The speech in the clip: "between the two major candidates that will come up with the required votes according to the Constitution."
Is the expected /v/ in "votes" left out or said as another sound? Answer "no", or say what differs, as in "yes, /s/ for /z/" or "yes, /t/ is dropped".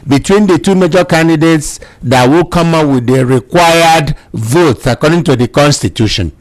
no